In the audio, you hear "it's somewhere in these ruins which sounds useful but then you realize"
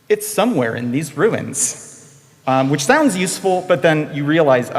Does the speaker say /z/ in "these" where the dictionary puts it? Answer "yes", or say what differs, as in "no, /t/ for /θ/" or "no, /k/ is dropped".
yes